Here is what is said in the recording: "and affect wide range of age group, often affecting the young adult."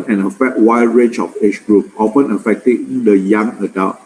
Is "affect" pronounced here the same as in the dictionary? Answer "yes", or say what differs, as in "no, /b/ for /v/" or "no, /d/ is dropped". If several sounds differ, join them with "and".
no, /k/ is dropped